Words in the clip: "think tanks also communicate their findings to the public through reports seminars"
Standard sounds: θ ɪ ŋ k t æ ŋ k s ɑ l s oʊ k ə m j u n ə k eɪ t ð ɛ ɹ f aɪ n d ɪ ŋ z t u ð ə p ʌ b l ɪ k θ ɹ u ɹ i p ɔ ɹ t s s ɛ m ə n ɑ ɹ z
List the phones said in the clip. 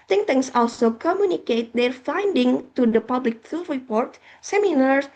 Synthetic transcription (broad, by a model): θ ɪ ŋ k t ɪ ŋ s ɑ l s oʊ k ə m j u n ə k eɪ t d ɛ ɹ f aɪ n d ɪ ŋ t u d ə p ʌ b l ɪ k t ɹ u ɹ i p ɔ ɹ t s s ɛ m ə n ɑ ɹ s